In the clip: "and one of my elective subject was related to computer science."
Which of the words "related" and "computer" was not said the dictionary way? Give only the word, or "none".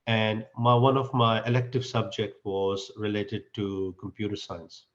none